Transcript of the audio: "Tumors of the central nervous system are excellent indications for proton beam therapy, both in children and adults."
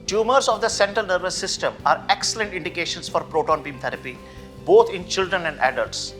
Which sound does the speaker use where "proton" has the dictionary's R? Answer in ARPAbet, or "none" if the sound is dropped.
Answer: R